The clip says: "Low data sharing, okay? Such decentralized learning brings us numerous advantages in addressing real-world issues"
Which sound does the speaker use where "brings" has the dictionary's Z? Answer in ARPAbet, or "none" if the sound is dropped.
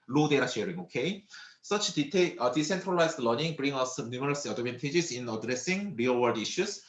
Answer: none